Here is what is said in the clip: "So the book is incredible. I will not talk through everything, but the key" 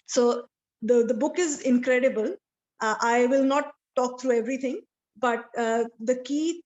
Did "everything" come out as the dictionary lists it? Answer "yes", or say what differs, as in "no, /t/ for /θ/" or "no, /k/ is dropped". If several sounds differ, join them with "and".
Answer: no, /t/ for /θ/